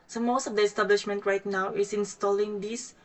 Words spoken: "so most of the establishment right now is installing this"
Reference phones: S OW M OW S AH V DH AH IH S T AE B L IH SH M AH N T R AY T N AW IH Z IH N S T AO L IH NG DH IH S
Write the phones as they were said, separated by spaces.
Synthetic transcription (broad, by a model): S OW M OW S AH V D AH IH S T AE B L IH SH M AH N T R AY T N AW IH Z IH N S T AO L IH NG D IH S